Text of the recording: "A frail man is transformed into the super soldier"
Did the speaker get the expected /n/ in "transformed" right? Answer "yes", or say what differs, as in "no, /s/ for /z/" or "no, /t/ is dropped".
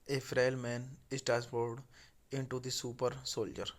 no, /n/ is dropped